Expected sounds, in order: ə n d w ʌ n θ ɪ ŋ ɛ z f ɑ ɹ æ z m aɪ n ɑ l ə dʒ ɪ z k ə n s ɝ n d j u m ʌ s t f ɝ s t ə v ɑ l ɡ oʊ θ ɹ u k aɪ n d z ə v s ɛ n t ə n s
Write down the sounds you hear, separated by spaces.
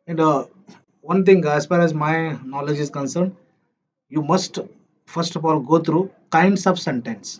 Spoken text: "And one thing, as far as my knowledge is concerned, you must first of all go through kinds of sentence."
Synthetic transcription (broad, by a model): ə n d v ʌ n t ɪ ŋ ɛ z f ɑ ɹ æ z m aɪ n ɑ l ə dʒ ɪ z k ə n s ɝ n d j u m ʌ s t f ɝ s t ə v ɑ l ɡ oʊ t ɹ u k aɪ n d s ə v s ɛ n t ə n s